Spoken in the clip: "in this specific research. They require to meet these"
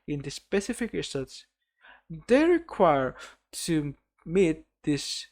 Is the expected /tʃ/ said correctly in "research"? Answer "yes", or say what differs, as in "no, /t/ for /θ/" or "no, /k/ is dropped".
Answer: no, /s/ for /tʃ/